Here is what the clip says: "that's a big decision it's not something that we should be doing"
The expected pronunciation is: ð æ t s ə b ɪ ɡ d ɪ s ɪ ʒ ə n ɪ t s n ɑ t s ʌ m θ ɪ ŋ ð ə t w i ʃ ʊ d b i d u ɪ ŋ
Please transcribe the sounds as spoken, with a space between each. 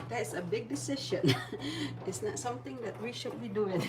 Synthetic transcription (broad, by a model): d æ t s ə b ɪ ɡ d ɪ s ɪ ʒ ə n ɪ t s n ɑ t s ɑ m t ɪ ŋ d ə t w i ʃ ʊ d b i d u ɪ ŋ